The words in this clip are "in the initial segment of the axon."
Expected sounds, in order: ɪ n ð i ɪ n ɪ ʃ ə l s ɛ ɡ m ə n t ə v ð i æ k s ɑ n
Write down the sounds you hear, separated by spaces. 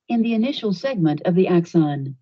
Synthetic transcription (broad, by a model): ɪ n ð i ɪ n ɪ ʃ l s ɛ ɡ m ə n t ə v ð i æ k s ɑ n